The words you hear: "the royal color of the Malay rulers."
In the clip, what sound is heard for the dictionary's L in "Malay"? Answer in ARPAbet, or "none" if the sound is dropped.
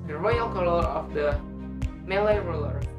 L